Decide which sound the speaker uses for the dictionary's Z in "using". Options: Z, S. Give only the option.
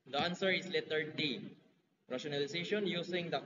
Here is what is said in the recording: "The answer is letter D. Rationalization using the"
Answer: S